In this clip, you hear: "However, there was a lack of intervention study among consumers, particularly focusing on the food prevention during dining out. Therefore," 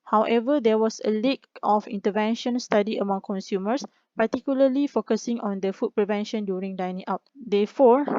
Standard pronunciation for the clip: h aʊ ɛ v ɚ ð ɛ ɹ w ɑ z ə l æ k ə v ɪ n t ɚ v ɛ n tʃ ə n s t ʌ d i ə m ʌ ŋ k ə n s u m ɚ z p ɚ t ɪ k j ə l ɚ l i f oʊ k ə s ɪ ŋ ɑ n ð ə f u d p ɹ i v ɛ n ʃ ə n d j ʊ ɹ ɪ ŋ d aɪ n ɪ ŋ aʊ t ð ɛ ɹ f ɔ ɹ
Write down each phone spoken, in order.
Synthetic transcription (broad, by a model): h aʊ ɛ v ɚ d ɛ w ɑ s ə l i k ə f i n t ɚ v ɛ n ʃ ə n s t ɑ d i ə m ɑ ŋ k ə n s u m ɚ s p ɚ t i k j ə l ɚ l i f oʊ k ə s ɪ ŋ ɑ n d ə f u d p ɹ i v ɛ n ʃ ə n d j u ɹ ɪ ŋ d aɪ n ɪ ŋ aʊ t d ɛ f ɔ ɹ